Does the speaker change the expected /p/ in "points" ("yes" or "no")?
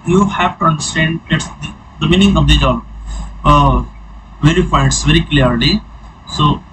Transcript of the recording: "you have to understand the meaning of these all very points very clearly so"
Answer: yes